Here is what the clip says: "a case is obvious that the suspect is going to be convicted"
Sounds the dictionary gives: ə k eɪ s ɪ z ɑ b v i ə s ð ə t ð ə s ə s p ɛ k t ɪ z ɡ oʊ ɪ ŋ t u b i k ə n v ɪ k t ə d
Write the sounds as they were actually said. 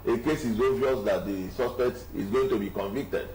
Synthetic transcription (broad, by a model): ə k eɪ s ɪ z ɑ v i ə s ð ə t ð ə s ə s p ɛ k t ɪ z ɡ oʊ ɪ ŋ t u b i k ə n v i k t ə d